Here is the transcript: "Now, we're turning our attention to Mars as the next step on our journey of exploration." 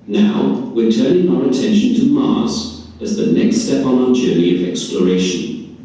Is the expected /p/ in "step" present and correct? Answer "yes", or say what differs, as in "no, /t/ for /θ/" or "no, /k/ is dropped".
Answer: yes